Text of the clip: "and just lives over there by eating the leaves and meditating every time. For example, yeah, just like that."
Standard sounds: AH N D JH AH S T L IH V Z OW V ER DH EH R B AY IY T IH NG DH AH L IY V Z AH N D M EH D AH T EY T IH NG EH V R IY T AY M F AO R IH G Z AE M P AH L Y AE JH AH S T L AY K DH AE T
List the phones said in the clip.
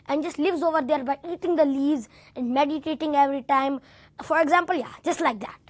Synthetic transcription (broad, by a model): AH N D JH AH S T L IH V Z OW V ER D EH R B AY IY T IH NG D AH L IY Z AH N D M EH D AH T EY T IH NG EH V R IY T AY M F AO R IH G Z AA M P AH L Y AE JH AH S T L AY K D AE T